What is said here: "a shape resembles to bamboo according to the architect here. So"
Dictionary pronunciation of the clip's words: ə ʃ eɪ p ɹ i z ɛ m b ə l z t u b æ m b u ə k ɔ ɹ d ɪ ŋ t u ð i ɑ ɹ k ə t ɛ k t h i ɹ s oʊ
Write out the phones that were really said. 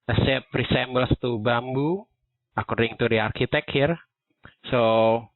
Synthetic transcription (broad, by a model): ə s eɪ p ɹ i s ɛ m b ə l s t u b æ m b u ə k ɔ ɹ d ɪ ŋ t u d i ɑ ɹ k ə t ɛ k h i ɹ s oʊ